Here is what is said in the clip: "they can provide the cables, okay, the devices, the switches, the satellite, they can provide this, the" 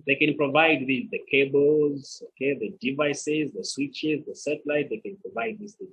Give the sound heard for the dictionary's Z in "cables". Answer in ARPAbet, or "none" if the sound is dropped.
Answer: Z